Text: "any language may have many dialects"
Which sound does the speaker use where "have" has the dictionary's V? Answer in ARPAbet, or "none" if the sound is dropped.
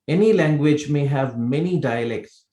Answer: V